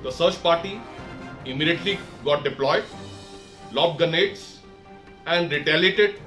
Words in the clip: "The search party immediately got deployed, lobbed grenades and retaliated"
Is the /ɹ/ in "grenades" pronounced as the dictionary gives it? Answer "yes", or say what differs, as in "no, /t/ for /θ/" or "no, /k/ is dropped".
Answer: no, /ɹ/ is dropped